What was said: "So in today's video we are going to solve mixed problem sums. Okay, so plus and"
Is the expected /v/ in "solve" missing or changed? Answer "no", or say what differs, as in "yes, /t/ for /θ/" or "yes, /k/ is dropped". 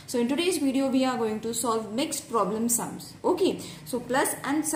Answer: no